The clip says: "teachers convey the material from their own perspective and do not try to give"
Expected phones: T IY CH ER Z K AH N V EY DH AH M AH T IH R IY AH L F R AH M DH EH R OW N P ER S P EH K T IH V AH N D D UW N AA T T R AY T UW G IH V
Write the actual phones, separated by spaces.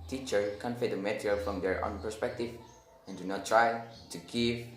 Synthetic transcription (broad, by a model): T IY CH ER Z K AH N F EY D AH M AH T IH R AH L F R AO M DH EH R OW N P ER S P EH K T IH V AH N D D UW N AA T T R AY T UW G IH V